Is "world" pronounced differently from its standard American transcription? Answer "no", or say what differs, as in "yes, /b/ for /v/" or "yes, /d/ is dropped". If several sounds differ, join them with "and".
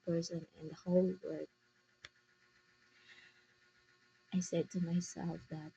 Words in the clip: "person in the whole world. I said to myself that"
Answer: yes, /l/ is dropped